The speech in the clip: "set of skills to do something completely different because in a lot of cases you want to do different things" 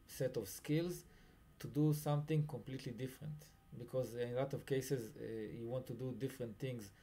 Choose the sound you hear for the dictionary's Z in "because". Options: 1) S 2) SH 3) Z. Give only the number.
3